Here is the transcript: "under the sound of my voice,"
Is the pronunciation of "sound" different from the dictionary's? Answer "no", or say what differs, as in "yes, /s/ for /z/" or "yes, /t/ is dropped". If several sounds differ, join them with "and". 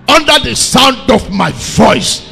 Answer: no